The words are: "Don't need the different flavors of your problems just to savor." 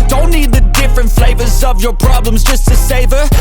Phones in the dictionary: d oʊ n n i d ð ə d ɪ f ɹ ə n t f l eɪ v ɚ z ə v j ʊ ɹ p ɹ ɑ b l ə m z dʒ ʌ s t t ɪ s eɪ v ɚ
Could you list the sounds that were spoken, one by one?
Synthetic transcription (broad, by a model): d oʊ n n i d ð ə d ɪ f ɹ ə n t f l eɪ v ɚ z ə v j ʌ ɹ p ɹ ɑ b l ə m z dʒ ʌ s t t ɪ s eɪ v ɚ